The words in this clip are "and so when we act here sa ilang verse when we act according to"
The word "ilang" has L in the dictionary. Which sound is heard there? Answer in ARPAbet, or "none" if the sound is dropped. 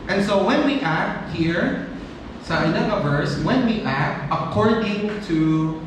N